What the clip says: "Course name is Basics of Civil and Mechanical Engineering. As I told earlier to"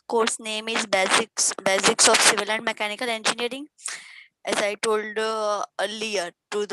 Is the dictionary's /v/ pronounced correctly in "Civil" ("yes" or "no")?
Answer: yes